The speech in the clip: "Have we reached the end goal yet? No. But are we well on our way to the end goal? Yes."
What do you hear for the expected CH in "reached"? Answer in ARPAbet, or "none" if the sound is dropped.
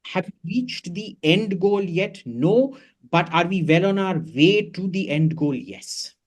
CH